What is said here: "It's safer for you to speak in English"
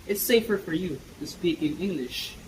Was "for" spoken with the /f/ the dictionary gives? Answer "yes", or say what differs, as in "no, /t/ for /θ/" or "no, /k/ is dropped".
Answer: yes